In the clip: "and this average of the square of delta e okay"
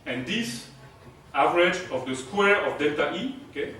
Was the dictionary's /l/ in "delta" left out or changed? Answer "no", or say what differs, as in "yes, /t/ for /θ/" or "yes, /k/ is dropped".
yes, /l/ is dropped